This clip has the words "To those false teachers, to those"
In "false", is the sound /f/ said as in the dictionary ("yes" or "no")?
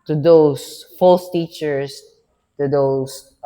yes